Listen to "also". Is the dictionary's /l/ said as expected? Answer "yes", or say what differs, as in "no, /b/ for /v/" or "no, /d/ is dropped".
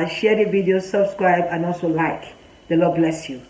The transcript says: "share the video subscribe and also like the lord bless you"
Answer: yes